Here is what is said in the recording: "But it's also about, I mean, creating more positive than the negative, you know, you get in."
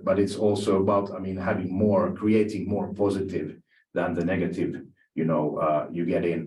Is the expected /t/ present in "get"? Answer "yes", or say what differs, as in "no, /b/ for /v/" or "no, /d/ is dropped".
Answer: yes